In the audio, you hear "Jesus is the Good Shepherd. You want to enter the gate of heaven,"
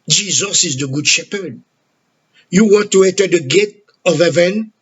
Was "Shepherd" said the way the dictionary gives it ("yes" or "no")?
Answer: yes